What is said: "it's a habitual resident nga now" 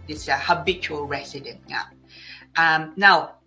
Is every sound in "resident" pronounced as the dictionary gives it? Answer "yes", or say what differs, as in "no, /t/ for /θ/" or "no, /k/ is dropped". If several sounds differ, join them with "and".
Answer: no, /s/ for /z/